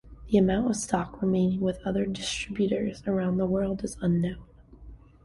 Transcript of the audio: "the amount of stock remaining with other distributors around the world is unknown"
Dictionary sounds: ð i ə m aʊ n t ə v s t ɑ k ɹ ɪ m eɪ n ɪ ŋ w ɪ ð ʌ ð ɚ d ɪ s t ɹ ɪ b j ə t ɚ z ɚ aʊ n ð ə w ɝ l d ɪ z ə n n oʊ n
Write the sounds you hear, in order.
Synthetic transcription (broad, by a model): ð i ə m aʊ n t ə v s t ɑ k ɹ ɪ m eɪ n ɪ ŋ w ɪ ð ʌ ð ɚ d ɪ s t ɹ ɪ b j ə t ɚ z ɚ aʊ n ð ə w ɝ l d ɪ z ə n n oʊ n